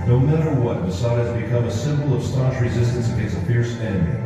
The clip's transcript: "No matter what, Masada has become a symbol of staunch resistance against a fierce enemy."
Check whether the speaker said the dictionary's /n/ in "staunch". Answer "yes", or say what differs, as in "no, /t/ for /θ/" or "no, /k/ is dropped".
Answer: no, /n/ is dropped